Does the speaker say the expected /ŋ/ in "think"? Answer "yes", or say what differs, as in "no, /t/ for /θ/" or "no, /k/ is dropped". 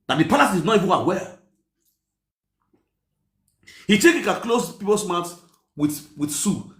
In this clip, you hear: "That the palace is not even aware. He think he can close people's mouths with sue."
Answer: no, /ŋ/ is dropped